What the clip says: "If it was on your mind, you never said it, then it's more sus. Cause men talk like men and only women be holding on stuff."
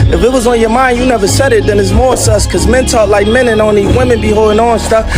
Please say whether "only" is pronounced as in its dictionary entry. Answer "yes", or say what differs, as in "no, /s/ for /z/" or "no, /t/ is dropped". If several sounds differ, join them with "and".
no, /l/ is dropped